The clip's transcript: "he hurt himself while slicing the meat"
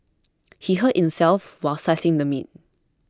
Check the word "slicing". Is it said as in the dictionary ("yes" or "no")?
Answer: no